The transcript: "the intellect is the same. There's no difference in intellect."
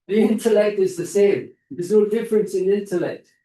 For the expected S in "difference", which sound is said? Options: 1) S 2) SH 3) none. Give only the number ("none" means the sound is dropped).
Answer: 1